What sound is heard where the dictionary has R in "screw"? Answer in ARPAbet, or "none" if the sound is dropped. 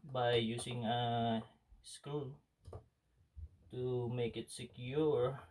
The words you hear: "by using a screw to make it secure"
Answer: none